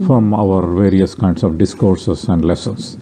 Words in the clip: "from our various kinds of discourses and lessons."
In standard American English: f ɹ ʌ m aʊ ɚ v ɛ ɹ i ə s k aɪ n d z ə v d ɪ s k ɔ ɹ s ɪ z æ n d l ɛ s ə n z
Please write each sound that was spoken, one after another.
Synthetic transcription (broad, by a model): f ɹ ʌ m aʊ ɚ v ɛ ɹ i ə s k aɪ n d s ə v d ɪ s k ɔ ɹ s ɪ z æ n d l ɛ s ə n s